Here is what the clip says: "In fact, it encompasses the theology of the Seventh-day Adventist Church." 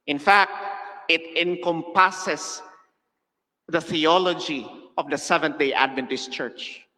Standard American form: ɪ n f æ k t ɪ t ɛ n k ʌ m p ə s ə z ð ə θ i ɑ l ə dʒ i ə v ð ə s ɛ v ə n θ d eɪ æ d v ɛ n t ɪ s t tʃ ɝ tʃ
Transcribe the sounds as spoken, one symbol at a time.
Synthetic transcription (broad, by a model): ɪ n f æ k t ɪ t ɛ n k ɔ m p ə s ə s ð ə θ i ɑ l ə dʒ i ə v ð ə s ɛ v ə n t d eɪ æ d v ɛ n t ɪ s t tʃ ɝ tʃ